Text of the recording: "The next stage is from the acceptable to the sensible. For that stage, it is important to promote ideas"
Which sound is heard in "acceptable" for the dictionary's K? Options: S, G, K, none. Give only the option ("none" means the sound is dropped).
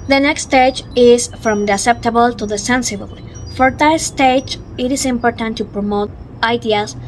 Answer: none